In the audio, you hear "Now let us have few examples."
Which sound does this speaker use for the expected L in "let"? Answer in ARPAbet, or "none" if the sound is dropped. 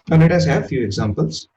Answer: N